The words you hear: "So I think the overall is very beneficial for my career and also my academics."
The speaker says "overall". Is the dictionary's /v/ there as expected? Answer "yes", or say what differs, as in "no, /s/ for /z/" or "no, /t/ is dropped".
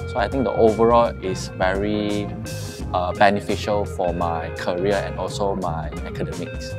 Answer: yes